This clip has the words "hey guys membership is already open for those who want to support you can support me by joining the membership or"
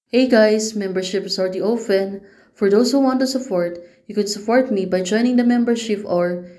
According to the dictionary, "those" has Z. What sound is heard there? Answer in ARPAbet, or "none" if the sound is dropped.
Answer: S